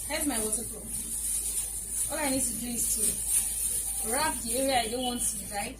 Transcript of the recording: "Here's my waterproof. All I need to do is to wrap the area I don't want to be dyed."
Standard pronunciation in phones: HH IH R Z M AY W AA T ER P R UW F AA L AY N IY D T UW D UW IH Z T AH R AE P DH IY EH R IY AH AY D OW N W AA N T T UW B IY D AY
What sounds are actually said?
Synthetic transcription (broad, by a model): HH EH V M AY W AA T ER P AO AA L AY N IY D T UW D UW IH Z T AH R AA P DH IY EH R IY AH AY D OW N W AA N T T UW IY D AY